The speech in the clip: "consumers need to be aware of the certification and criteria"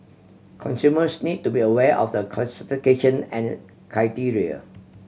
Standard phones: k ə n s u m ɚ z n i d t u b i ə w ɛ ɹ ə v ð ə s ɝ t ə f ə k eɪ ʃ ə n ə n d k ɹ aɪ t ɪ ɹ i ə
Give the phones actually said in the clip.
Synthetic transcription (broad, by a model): k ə n s u m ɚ s n i d t u b i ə w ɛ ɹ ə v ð ə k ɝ s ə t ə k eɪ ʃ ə n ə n k ɹ aɪ t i ɹ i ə